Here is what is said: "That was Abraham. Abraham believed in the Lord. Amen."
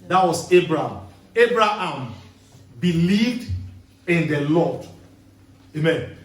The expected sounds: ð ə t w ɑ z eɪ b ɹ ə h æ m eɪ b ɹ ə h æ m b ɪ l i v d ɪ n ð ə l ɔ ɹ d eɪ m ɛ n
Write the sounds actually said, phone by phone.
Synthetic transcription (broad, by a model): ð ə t w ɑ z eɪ b ɹ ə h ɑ m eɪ b ɹ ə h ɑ m b ɪ l i v d ɪ n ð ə l ɔ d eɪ m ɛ n